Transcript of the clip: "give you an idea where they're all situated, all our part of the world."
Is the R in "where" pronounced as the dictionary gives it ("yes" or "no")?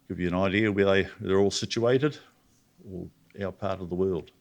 no